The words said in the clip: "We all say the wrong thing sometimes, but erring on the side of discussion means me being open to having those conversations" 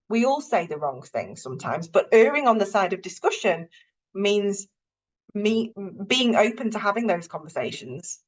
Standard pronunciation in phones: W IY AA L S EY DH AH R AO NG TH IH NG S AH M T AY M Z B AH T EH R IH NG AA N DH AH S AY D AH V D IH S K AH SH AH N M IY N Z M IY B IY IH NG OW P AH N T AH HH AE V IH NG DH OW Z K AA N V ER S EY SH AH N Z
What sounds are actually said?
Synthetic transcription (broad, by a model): W IY AA L S EY DH AH R AO NG TH IH NG S AH M T AY M Z B AH T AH R IH NG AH N DH AH S AY D AH V D IH S K AH SH AH N M IY N Z M IY B IY IH NG OW P AH N T AH HH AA V IH NG DH OW Z K AA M V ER S EY SH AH N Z